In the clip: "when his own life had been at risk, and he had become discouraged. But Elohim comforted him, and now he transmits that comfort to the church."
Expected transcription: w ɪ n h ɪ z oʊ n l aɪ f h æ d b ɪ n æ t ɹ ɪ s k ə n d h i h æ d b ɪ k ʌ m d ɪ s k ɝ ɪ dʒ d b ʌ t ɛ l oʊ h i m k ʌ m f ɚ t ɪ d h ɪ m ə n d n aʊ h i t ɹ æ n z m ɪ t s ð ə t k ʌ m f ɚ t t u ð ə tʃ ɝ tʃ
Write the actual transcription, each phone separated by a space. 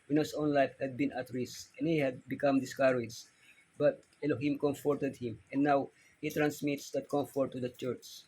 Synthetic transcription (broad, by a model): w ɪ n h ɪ s oʊ n l aɪ f h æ d b ɪ n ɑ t ɹ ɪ s ə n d h i h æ d b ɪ k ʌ m d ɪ s k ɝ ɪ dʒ b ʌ t ɛ l oʊ h i m k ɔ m f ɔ t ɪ d h ɪ m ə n n aʊ h i t ɹ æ n s m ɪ t s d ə t k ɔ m f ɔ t t u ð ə tʃ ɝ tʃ